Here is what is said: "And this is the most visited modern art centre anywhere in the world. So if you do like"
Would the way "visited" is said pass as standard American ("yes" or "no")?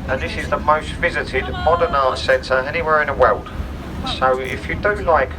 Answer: yes